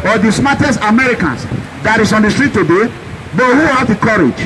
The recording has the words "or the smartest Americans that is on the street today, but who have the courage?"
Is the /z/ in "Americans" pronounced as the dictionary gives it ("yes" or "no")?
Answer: no